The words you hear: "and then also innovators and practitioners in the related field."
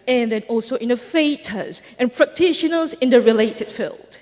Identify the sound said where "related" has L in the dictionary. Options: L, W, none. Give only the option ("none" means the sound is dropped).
L